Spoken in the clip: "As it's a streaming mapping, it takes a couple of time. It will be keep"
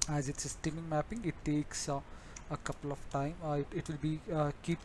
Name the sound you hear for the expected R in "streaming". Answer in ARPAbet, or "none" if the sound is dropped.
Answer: none